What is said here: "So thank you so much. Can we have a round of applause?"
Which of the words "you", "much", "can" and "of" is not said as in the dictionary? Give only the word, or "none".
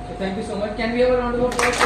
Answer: of